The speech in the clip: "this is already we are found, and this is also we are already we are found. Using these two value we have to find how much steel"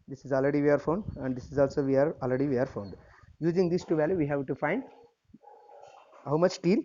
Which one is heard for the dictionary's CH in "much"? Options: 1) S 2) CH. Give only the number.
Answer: 2